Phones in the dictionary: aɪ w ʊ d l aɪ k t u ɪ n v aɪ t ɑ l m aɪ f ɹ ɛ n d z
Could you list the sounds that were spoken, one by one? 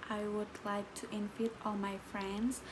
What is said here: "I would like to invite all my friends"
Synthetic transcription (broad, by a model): aɪ w ʊ d l aɪ k t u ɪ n f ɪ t ɑ l m aɪ f ɹ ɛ n d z